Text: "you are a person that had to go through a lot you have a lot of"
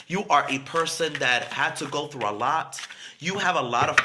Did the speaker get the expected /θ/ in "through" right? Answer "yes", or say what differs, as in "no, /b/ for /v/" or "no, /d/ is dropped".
yes